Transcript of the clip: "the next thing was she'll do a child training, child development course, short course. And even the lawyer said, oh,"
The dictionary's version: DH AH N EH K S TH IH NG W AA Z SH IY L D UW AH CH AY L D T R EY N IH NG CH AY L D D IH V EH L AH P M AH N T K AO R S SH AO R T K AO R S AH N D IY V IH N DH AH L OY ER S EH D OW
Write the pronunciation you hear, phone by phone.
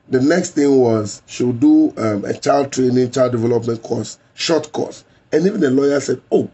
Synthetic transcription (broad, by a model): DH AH N EH K S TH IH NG W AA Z SH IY W D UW AH CH AY L D T R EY N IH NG CH AY L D D IH V EH L AH P M AH N T K AO S SH AO T K AO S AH N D IY V IH N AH L OY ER S EH D OW